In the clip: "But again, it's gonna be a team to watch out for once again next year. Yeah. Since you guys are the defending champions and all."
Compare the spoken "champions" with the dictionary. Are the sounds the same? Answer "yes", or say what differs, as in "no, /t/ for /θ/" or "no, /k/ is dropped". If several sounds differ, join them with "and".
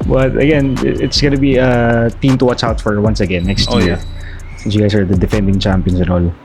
no, /s/ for /z/